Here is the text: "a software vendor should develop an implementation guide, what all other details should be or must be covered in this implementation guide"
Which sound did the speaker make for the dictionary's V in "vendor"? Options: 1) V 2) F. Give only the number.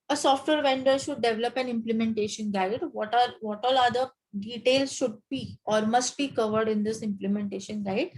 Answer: 1